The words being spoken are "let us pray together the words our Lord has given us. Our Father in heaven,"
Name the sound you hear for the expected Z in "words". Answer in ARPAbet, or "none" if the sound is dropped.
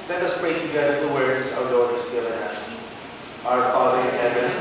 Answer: S